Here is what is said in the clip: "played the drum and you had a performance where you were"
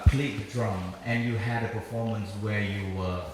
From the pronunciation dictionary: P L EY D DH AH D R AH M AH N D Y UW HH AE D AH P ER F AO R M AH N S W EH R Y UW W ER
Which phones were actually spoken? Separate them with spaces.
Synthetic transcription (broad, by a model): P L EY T D R AH M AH N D Y UW HH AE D AH P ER F AO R M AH N S W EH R Y UW W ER